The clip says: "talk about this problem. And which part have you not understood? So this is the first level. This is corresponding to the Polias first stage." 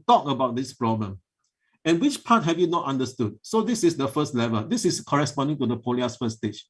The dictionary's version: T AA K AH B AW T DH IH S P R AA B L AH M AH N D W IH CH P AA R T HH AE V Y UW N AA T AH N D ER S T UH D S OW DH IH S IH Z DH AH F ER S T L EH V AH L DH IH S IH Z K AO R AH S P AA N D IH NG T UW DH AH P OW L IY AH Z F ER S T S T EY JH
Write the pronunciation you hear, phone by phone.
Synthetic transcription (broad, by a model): T AA K AH B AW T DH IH S P R AA B L AH M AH N W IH CH P AA T HH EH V Y UW N AA T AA N D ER S T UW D S OW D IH S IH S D AH F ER S T L EH V AH L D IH S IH S K AO R AH S P AA N D IH NG T UW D AH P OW L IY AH S F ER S S T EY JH